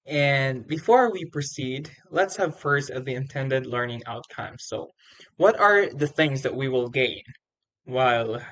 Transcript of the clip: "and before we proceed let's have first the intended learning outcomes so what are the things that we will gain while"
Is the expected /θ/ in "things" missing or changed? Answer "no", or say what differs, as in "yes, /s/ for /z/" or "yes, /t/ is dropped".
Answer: no